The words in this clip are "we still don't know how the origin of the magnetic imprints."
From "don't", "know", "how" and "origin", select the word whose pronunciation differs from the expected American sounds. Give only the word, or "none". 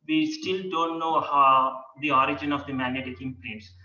none